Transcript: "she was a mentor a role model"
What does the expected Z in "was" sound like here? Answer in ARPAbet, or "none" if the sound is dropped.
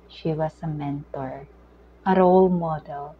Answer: S